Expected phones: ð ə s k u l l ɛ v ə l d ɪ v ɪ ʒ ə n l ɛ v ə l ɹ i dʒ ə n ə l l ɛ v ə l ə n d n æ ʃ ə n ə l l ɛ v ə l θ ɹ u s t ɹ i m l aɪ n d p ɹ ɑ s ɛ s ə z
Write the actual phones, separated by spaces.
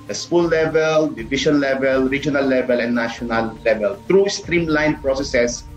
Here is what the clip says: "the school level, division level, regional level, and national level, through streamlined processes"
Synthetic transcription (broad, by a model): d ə s k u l l ɛ v ə l d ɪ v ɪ ʃ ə n l ɛ v ə l ɹ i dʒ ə n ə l l ɛ v ə l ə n n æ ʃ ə n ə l l ɛ v ə l t ɹ u s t ɹ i m l aɪ n p ɹ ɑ s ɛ s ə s